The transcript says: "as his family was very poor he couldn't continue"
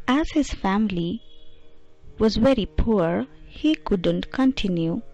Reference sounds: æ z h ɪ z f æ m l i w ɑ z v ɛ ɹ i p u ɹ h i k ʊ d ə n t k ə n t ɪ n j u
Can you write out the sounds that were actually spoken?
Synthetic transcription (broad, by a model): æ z h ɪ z f æ m l i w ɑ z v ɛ ɹ i p u ɹ h i k ʊ d ə n t k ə n t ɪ n j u